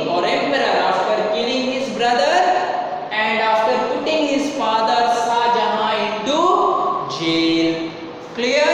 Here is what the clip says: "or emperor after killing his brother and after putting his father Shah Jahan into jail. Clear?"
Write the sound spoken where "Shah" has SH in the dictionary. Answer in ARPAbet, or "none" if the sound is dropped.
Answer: S